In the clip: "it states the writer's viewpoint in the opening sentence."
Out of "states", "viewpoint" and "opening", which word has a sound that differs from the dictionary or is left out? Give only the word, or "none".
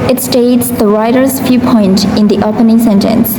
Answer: viewpoint